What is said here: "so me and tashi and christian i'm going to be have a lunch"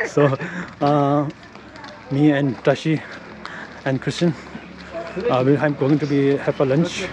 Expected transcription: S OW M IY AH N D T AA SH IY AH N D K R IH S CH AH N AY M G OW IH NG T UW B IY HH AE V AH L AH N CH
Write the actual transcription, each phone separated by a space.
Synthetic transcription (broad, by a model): S OW M IY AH N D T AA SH IY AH N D K R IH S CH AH N AY M G OW IH NG T UW B IY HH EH P AH L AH N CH